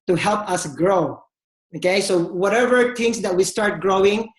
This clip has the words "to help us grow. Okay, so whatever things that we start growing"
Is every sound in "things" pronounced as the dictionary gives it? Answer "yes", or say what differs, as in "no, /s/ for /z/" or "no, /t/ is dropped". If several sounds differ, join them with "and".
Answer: no, /t/ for /θ/